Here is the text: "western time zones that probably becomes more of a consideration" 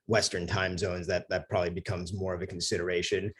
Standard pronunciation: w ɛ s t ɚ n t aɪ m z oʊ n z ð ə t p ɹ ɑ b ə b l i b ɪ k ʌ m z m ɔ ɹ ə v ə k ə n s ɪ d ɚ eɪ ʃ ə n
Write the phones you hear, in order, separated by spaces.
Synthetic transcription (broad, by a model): w ɛ s t ɚ n t aɪ m z oʊ n z ð ə t p ɹ ɑ b ə b l i b ɪ k ʌ m z m ɔ ɹ ə v ə k n s ɪ d ɚ eɪ ʃ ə n